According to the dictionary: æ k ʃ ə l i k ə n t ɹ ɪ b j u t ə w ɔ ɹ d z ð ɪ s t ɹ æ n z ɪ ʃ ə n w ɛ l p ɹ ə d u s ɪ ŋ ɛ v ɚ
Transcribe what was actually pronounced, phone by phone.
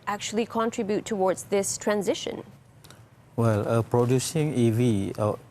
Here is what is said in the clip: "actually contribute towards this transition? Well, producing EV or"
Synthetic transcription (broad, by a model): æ k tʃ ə l i k ə n t ɹ ɪ b j u t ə w ɔ ɹ d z ð ɪ s t ɹ æ n z ɪ ʃ ə n w ɛ l p ɹ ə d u s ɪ ŋ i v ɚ